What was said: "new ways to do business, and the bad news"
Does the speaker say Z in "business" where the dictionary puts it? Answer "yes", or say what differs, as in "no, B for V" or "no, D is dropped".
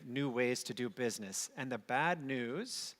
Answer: yes